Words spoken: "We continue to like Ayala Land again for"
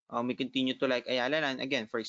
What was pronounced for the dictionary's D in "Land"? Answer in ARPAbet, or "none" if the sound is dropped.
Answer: none